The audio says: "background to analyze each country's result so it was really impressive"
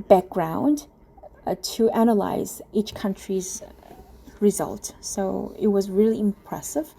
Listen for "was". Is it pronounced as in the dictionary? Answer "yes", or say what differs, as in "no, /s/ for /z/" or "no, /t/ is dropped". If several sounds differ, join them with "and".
yes